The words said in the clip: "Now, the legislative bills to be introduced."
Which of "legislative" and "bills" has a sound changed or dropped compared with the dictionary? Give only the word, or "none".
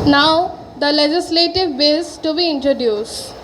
bills